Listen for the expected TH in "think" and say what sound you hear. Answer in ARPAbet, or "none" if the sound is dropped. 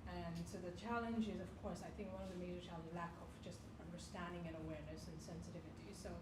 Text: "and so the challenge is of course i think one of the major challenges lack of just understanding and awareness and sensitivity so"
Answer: TH